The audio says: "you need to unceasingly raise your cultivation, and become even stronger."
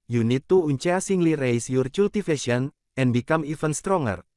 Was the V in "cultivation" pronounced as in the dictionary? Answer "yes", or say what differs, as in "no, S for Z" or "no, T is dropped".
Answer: no, F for V